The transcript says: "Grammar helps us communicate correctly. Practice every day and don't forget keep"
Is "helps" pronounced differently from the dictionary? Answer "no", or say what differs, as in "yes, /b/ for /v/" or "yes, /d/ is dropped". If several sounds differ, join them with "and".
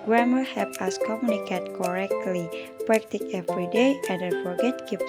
yes, /l/ is dropped and /s/ is dropped